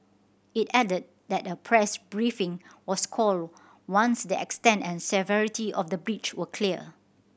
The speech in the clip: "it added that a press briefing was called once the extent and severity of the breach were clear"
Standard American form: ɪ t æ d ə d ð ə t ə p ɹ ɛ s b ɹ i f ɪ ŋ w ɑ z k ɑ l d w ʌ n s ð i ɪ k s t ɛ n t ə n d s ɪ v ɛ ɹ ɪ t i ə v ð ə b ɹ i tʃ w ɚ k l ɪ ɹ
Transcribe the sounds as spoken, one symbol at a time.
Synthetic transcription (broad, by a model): ɪ t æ d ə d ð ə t ə p ɹ ɛ s b ɹ i f ɪ ŋ w ɑ s k ɑ l d w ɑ n s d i ɪ k s t ɛ n t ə n s ɪ v ɛ ɹ ɪ t i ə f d ə b ɹ i tʃ w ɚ k l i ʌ